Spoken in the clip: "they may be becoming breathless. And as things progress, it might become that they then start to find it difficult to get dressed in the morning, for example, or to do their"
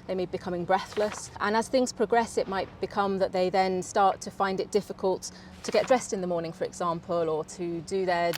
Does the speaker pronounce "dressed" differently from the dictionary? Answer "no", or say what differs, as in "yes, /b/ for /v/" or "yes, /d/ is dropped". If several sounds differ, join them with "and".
no